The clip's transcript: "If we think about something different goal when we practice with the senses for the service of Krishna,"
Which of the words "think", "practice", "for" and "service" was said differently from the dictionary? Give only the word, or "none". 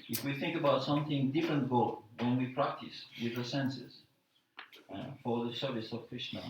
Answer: none